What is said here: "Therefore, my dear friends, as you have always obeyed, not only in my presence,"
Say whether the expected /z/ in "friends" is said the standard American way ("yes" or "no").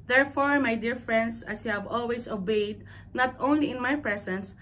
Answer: no